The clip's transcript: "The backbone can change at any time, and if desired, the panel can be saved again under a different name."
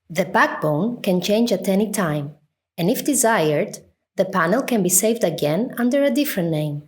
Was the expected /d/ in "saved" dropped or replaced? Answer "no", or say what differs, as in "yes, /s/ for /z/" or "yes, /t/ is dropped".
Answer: no